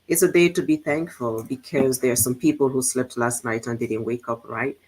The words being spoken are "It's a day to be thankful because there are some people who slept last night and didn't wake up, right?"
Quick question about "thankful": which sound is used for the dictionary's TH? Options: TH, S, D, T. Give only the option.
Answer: TH